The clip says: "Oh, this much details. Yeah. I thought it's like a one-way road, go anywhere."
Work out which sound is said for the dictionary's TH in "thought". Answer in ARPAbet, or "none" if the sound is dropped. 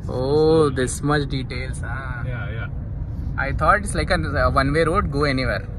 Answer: T